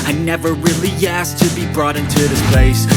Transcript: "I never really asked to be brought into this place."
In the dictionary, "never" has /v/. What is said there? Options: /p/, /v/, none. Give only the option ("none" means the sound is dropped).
/v/